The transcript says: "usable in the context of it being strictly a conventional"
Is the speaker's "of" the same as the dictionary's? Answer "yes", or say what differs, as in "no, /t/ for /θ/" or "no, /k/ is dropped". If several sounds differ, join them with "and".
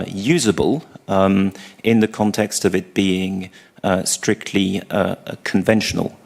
yes